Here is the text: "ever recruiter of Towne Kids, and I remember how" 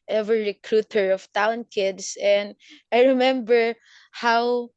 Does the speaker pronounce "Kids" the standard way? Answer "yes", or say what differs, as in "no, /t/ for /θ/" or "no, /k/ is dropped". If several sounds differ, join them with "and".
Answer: no, /s/ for /z/